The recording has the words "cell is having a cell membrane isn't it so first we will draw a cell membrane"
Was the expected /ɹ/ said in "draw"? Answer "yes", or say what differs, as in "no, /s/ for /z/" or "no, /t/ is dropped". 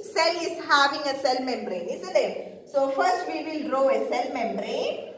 yes